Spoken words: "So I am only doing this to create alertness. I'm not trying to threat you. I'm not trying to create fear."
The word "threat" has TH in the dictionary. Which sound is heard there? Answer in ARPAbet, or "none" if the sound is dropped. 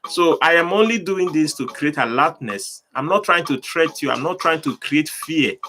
T